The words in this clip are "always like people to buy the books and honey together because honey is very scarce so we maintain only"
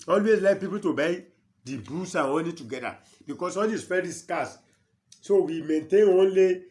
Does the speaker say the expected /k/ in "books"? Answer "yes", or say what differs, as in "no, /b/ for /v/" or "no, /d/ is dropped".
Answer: no, /k/ is dropped